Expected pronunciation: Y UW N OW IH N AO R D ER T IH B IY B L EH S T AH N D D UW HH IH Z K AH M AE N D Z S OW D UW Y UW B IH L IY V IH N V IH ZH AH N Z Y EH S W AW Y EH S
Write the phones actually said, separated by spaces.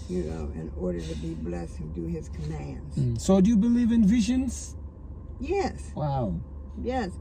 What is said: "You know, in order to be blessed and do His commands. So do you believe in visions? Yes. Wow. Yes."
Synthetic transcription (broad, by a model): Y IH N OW IH N AO R D ER T IH B IY B L EH S AH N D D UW IH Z K AH M AE N D Z S OW D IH Y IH B IH L IY V IH N V IH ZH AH N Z Y EH S W AW Y EH S